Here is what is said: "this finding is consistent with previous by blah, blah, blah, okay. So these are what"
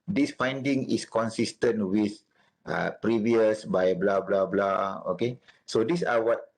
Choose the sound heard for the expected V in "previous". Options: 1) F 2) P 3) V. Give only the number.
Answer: 3